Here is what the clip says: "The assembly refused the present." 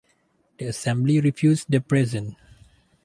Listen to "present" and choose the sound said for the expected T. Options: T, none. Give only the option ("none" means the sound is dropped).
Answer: none